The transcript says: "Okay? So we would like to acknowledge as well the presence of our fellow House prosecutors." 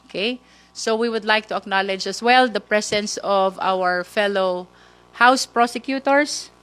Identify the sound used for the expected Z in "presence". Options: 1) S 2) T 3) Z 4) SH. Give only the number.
1